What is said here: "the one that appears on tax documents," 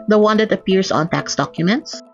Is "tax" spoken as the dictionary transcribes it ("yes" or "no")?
yes